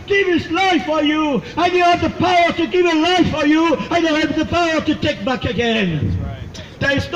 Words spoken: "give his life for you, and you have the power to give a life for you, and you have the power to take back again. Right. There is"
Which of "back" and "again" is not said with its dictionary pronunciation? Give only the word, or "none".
none